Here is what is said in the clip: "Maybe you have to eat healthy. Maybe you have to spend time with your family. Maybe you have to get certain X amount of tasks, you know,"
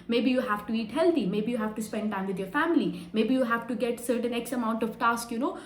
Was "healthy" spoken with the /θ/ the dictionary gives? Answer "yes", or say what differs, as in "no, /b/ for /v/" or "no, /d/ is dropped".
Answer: no, /t/ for /θ/